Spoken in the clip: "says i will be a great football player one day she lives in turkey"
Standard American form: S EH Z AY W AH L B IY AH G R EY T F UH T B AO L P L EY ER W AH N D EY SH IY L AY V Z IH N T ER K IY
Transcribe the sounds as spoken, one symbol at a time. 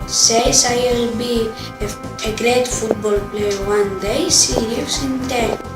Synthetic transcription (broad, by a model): S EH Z AY W AH L B IY AH G R EY T F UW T B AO L P L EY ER W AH N D EY S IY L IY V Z IH N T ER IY